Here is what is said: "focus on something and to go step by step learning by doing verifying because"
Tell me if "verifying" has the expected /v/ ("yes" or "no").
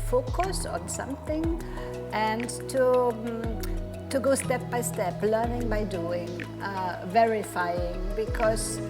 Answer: yes